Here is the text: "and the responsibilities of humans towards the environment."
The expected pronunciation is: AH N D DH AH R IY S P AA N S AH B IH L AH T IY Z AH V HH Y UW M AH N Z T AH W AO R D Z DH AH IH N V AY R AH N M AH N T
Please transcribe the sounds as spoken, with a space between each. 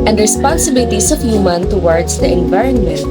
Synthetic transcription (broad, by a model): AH N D R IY S P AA N S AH B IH L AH T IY S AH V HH Y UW M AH N T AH W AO R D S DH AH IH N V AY R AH N M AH N T